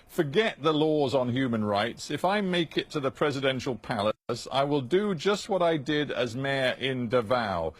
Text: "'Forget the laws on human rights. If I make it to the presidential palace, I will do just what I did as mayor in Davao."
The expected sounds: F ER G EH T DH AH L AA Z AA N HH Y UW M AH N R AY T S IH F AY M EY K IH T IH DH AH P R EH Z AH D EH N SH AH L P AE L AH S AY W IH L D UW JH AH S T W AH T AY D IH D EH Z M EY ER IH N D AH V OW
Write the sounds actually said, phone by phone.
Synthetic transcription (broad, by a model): F ER G EH T DH AH L AA Z N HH Y UW M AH N R AY T S IH F AY M EY K IH T IH DH AH P R EH Z AH D EH N SH AH L P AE L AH S AY W IH L D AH JH AH S T W AH T AY D IH D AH Z M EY ER IH N D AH V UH